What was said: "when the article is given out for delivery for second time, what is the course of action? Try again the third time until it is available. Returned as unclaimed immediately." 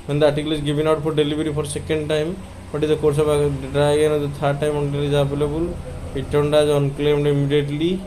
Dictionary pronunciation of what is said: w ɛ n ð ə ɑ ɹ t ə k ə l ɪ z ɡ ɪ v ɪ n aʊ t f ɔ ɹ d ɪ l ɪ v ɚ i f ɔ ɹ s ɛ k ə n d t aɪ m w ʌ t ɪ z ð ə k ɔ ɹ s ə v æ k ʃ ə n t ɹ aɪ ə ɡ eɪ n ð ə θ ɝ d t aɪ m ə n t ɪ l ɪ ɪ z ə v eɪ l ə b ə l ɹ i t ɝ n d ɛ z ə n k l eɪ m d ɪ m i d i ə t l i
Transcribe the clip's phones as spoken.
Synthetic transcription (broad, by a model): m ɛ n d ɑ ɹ t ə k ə l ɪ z ɡ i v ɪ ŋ aʊ t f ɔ ɹ d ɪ l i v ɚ i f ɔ ɹ s ɛ k ə n d t aɪ m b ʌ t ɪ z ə k ɔ ɹ s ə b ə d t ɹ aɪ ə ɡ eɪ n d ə t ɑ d t aɪ m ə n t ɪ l ɪ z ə b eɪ l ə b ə l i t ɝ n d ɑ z ə n k l eɪ m d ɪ m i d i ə t l i